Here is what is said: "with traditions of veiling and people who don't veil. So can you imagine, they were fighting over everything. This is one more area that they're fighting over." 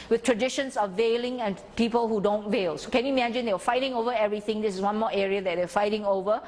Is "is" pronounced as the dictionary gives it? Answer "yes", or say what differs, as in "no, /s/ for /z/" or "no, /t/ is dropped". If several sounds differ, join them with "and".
no, /s/ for /z/